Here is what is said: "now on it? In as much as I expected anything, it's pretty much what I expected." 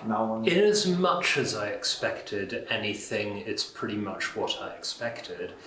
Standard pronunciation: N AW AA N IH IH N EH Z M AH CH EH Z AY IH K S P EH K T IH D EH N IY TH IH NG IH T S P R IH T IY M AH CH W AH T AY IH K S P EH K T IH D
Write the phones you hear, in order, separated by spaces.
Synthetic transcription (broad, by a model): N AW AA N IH IH N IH Z M AH CH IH Z AY IH K S P EH K T IH D EH N IY TH IH NG IH T S P R IH T IY M AH CH W AH T AY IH K S P EH K T IH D